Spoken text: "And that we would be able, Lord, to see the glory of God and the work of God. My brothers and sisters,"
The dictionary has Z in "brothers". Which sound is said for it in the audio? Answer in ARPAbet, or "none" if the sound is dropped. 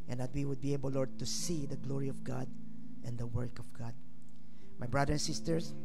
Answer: none